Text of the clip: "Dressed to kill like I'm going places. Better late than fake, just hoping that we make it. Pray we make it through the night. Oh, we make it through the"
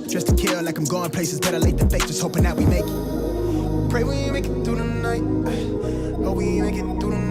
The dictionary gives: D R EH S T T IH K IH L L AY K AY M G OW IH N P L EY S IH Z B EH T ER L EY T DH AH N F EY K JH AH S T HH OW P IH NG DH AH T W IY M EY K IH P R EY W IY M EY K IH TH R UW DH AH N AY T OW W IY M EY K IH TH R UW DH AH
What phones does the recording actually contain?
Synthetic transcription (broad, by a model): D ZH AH S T T IH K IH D L AY K AY M G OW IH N P L EY S IH Z B EH T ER L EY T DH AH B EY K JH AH S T HH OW P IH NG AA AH T W IY M EY K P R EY W IY M EY K IH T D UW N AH N AY T OW W IY M EY K IH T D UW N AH